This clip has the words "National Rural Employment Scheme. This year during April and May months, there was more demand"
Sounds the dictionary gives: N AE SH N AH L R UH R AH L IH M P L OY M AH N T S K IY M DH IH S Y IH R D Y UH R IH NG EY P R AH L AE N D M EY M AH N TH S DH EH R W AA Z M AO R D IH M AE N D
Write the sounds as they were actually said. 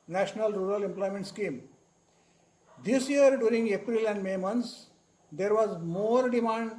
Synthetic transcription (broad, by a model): N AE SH N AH L R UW R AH L IH M P L OY M AH N T S K IY M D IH S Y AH R D Y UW R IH NG EY P R AH L AE N D M EY M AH N T S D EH R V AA Z M AO R D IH M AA N D